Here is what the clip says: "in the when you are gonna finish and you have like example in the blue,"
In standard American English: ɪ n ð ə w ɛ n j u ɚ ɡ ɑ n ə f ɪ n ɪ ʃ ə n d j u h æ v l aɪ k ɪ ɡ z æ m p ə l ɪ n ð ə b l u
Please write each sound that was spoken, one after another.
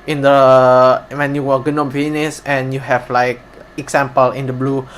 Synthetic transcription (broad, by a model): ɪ n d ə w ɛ n j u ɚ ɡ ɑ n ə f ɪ n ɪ s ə n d j u h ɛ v l aɪ k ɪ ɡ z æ m p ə l ɪ n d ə b l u